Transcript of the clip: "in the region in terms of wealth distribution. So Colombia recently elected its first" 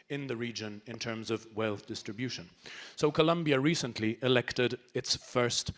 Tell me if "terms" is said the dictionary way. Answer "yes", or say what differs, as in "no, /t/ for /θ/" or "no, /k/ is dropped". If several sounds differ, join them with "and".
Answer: yes